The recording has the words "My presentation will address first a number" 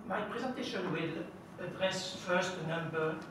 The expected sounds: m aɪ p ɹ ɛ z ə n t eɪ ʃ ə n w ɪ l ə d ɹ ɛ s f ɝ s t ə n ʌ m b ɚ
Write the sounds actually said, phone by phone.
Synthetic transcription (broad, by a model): m aɪ p ɹ ɛ z ə n t eɪ ʃ ə n w ɪ l ə d ɹ ɛ s f ɝ s t ə n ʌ m b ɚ